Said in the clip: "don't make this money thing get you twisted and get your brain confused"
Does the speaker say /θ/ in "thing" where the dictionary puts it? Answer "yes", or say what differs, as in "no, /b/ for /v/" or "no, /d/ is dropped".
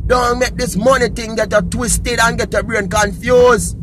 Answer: no, /t/ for /θ/